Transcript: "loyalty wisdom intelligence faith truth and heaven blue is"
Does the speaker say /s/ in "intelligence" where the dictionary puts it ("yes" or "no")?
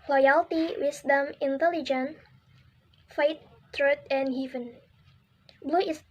no